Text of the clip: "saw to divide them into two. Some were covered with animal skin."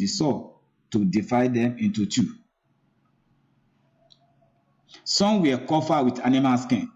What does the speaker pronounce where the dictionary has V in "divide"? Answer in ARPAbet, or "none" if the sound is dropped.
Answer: F